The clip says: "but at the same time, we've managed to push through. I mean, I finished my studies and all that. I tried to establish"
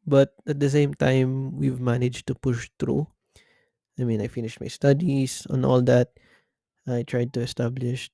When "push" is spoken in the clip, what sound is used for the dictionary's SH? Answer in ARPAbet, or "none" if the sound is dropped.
SH